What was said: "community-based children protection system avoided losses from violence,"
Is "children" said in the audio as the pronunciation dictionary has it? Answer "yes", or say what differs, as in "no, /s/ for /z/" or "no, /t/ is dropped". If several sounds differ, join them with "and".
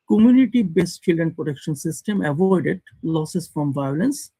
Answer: no, /ɹ/ is dropped